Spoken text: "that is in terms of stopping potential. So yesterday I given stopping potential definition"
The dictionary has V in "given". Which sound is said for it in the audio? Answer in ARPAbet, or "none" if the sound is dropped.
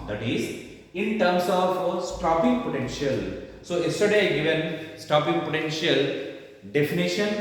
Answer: V